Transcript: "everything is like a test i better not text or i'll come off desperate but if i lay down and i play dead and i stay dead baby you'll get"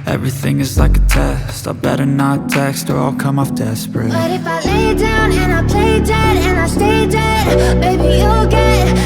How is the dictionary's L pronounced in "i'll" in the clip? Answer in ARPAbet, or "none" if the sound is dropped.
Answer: L